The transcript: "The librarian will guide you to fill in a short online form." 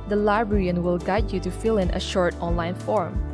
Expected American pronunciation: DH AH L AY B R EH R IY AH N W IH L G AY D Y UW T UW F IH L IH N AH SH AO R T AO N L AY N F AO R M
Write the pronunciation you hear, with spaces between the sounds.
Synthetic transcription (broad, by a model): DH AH L AY B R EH R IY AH N W IH L G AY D Y UW T UW F IH L IH N AH SH AO R T AO N L AY N F AO R M